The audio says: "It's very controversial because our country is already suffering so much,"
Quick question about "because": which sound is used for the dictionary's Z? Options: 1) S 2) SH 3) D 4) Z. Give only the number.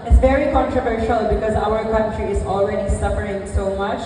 4